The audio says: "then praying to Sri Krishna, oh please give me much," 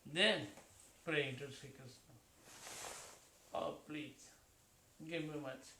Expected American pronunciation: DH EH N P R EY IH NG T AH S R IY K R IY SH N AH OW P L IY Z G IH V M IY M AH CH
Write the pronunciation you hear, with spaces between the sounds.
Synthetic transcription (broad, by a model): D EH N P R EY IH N T AH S IY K AH S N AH OW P L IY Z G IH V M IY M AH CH